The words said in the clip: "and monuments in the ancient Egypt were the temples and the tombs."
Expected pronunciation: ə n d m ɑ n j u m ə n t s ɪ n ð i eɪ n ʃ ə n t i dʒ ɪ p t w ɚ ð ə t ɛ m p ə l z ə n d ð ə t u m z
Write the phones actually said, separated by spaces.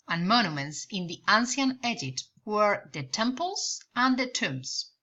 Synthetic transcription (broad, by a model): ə n m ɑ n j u m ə n t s ɪ n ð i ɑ n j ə n ɛ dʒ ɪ t w ɚ ð ə t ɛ m p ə l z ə n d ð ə t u m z